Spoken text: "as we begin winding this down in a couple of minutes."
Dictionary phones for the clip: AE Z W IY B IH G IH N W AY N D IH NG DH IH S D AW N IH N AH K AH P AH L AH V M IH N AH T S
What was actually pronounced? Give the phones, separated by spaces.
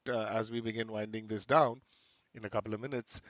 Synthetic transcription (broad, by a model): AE Z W IY B IH G IH N W AY N D IH NG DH IH S D AW N IH N AH K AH P L AH V M IH N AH T S